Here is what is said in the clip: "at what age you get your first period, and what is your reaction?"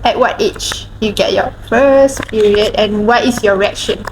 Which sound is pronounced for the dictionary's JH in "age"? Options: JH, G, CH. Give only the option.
CH